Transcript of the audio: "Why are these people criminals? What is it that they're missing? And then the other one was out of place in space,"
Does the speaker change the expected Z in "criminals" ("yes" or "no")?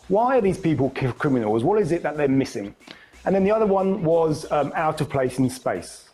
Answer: no